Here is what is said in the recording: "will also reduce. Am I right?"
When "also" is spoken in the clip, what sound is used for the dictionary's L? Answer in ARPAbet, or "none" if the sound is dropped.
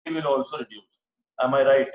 L